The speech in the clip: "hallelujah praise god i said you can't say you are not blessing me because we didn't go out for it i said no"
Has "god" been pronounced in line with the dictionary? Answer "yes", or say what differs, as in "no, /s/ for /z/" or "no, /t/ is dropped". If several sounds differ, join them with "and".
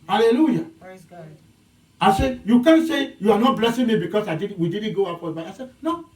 no, /d/ is dropped